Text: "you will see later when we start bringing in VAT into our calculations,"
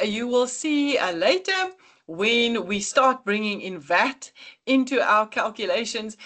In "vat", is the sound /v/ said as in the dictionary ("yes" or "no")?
yes